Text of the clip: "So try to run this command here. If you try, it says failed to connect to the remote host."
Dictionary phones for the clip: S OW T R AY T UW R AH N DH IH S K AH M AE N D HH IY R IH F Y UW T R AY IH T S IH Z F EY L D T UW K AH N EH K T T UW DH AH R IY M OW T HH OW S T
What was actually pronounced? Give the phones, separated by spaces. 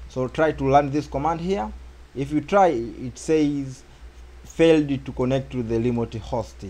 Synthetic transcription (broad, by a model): S OW T R AY T UW L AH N DH IH S K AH M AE N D HH IY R IH F Y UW T R AY IH T S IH Z F EY L D T UW K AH N EH K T T UW DH AH L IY M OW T HH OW S T